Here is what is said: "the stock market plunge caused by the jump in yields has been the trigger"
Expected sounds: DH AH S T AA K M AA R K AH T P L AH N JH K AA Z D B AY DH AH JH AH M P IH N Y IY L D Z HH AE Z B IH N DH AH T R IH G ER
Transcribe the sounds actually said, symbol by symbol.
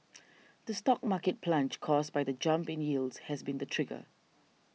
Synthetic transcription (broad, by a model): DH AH S T AA K M AA K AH T P L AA N CH K AA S B AY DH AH JH AH M P IH N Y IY L D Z HH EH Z B IH N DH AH T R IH G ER